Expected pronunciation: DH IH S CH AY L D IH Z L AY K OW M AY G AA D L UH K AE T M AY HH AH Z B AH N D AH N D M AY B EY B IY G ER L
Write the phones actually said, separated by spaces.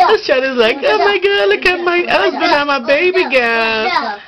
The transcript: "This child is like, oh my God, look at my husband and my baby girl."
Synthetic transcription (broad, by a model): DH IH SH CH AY D IH Z L AY K OW M AY G AA D L UH K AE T M AY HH AH Z B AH N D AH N M AY B EY B IY G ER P